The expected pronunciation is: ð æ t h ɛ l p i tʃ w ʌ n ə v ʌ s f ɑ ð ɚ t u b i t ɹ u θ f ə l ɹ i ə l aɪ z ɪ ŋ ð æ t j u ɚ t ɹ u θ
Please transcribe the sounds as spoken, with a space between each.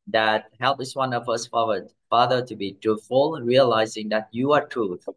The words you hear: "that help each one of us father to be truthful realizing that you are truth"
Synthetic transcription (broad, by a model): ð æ t h ɛ l p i s w ʌ n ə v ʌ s f ɑ ð ɚ t u b i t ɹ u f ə l ɹ i ə l aɪ z ɪ ŋ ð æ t j u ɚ t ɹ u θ